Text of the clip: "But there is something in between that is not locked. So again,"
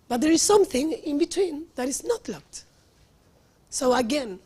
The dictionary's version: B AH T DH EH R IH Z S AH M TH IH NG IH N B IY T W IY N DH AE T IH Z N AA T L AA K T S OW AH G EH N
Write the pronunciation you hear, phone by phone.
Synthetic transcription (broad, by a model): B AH T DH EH R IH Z S AH M TH IH NG IH N B IY T W IY N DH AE T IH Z N AA T L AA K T S OW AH G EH N